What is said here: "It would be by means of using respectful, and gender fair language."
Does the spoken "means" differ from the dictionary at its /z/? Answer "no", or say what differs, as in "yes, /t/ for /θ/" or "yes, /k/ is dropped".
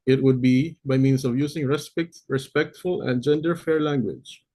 yes, /s/ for /z/